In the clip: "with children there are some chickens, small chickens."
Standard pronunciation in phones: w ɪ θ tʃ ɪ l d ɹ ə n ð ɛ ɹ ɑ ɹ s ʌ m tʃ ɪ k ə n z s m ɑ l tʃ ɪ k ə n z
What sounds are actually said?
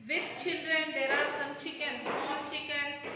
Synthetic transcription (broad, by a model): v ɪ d tʃ ɪ l d ɹ ə n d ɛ ɹ ɑ ɹ s ʌ m tʃ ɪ k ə n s ɑ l tʃ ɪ k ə n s